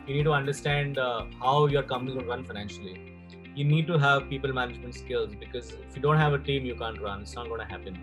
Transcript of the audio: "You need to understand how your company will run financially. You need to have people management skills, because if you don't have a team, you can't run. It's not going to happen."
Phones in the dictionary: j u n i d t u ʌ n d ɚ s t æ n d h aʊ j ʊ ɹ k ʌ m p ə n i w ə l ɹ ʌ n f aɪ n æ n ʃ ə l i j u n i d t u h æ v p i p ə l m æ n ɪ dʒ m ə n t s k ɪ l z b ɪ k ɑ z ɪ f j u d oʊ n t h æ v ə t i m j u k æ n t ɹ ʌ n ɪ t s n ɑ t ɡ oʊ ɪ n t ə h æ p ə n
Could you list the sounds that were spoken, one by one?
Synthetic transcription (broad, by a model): j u n i d t u ʌ n d ɚ s t æ n d h aʊ j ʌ ɹ k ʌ m ə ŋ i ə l ɹ ʌ n f aɪ n æ n ʃ ə l i j u n i d t u h æ v p i p ə l m æ n ɪ dʒ m ə n t s k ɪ l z b ɪ k ɑ z ɪ f j u d oʊ n t h æ v ə t i m j u k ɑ n t ɹ ʌ n ɪ t s n ɑ t ɡ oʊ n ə h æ p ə n